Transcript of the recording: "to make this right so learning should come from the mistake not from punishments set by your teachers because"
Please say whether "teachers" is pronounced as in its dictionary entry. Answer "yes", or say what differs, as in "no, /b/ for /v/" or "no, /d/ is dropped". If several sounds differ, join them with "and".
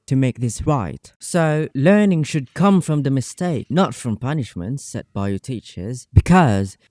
yes